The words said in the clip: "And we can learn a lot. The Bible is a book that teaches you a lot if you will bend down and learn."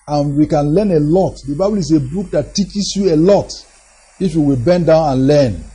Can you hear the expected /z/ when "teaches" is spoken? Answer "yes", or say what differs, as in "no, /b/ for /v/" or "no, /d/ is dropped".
no, /s/ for /z/